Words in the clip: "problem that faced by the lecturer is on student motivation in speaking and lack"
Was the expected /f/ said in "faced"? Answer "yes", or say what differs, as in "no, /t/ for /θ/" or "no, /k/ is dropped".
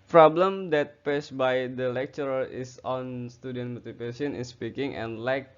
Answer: no, /p/ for /f/